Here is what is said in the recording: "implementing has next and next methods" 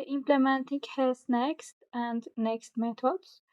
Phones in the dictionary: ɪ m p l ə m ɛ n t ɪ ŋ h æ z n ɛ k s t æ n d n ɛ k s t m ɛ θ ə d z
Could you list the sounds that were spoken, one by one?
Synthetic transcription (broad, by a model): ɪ m p l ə m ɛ n t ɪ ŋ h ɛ s n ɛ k s t æ n d n ɛ k s t m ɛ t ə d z